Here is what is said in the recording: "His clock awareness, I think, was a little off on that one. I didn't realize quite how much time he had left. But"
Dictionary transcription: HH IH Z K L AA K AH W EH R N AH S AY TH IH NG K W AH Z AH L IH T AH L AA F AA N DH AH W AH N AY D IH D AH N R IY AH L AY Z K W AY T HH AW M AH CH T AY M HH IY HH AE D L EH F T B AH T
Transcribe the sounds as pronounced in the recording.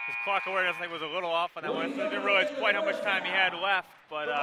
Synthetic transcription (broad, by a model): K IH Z K L AA K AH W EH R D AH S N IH K W AH Z AH L IH T L AA F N DH AH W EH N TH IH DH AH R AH UH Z K W AY T HH AW M AH CH T AY M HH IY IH D L EH F T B AH T